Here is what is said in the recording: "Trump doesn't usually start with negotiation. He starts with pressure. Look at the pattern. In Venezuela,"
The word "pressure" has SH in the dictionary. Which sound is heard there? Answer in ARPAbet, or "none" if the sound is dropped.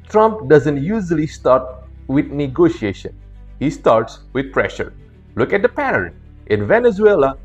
SH